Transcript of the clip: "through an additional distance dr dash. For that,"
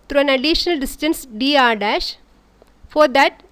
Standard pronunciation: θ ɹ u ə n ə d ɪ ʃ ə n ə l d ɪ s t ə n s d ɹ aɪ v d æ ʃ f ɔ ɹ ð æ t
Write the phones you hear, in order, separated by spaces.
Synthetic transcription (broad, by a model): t ɹ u ə n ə d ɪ ʃ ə n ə l d ɪ s t ə n s d i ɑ d æ ʃ f ɔ ɹ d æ t